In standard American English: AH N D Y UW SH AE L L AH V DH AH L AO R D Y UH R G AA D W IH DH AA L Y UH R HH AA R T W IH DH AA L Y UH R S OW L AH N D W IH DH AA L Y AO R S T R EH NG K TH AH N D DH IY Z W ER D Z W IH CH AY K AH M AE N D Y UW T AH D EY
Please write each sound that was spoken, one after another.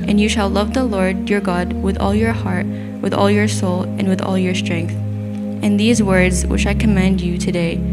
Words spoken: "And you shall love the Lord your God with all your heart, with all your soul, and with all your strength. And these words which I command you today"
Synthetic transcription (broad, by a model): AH N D Y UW SH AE L L AH V DH AH L AO R D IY R G AA D W IH DH AA L Y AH R HH AA R T W IH DH AA L Y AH R S OW L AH N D W IH DH AA L Y AO R S T R EH NG K TH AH N DH IY Z W ER D Z W IH CH AY K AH M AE N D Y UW T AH D EY